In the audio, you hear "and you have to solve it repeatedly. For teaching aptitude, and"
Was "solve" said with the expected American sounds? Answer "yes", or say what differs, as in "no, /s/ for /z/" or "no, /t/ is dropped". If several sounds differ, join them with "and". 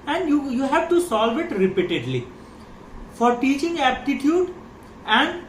yes